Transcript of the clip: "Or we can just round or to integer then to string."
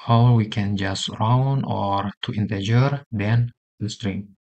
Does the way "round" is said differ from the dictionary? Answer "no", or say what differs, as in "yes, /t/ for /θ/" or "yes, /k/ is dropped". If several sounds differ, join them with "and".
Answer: yes, /d/ is dropped